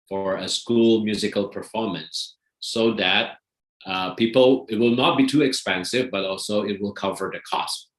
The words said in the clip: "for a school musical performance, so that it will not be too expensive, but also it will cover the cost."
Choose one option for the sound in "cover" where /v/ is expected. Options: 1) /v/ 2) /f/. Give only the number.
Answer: 1